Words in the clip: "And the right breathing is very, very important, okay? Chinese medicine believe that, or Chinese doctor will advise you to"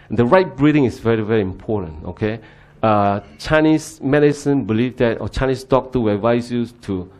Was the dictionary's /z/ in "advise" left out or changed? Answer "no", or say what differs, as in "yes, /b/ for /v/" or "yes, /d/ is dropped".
yes, /s/ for /z/